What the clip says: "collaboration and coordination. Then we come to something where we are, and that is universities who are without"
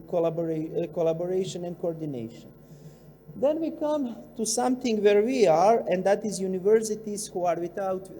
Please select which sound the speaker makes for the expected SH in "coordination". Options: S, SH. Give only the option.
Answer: SH